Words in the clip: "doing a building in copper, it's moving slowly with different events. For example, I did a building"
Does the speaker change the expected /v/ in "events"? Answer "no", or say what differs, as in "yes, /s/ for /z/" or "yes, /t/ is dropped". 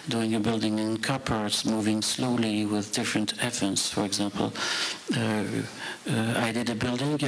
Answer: yes, /f/ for /v/